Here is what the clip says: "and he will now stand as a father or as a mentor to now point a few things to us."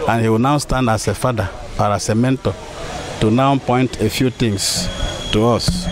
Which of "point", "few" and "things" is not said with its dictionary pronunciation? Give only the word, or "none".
things